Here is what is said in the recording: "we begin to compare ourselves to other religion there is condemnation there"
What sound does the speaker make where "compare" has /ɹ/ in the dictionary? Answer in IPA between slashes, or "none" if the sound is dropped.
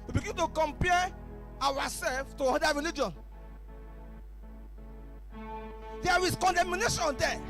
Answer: /w/